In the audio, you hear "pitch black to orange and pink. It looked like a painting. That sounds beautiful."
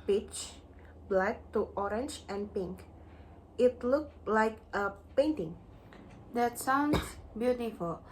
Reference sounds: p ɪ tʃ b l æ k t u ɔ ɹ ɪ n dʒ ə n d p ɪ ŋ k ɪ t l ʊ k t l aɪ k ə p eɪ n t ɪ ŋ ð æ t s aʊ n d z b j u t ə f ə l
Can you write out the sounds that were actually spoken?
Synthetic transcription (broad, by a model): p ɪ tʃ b l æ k t u ɔ ɹ ɪ n dʒ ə n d p ɪ ŋ k ɪ t l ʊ k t l aɪ k ə p eɪ n t ɪ ŋ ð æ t s aʊ n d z b j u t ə f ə l